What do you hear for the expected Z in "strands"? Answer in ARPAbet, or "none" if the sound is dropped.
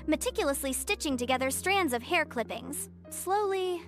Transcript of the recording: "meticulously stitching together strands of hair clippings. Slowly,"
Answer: Z